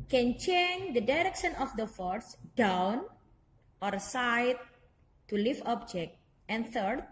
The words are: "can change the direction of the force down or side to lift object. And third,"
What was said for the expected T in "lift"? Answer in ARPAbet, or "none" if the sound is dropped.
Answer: none